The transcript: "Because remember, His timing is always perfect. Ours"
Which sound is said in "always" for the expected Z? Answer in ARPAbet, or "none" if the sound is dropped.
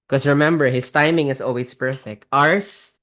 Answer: S